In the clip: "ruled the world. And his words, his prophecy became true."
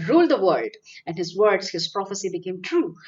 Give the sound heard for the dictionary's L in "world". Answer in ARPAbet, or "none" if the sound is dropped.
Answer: none